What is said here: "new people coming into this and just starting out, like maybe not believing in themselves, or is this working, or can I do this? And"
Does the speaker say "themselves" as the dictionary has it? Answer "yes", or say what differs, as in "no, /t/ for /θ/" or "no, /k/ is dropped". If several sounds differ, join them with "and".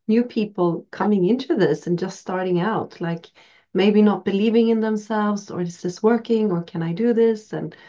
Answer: yes